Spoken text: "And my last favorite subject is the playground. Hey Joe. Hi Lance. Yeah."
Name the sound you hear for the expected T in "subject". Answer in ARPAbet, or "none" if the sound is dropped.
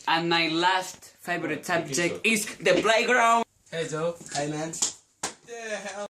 none